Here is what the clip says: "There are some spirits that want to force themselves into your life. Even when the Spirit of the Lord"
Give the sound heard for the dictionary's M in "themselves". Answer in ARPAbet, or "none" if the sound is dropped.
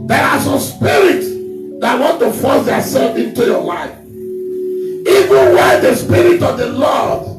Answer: none